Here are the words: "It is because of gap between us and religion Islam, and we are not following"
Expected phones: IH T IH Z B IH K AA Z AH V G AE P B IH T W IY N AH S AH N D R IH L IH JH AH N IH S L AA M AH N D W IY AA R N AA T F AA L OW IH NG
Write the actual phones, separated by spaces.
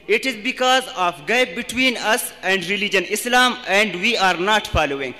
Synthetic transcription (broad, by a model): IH T IH Z B IH K AA Z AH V G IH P B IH T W IY N AH S AH N D R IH L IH JH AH N IH S L AA M AH N D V IY AA R N AA T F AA L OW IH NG